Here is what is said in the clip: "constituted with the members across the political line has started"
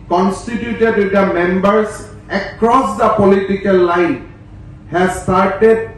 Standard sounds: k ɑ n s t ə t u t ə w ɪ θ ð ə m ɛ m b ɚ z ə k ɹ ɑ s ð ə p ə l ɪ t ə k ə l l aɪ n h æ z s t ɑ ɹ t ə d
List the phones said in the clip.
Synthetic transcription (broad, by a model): k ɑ n s t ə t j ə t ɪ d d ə m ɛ m b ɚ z ə k ɹ ɑ s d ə p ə l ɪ t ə k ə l l aɪ n h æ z s t ɑ ɹ t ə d